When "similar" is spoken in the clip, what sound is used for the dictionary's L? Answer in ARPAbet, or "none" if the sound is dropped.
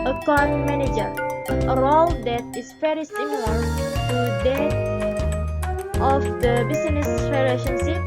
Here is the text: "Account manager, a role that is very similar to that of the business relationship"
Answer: N